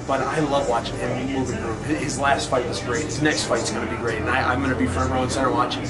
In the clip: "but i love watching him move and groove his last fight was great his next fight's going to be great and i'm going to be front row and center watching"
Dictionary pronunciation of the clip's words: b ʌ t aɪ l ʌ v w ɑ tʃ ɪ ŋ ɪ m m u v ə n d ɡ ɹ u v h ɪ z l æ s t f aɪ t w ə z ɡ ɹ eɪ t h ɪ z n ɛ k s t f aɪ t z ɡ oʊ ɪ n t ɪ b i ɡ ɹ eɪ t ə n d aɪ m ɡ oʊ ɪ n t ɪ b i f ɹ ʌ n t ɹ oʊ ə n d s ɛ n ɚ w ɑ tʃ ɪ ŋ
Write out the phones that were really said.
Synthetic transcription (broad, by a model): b ʌ t aɪ l ʌ v w ɑ tʃ ɪ ŋ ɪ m m u v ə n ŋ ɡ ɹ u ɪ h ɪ z l æ s t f aɪ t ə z ɡ ɹ eɪ t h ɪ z n ɛ k s t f aɪ t s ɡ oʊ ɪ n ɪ b i ɡ ɹ eɪ t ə n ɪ aɪ m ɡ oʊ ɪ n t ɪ b i f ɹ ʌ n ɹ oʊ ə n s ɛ ɚ w ɑ tʃ ɪ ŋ